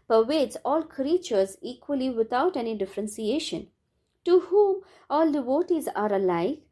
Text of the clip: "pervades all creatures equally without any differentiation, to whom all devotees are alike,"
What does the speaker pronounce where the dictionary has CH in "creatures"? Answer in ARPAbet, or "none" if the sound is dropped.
CH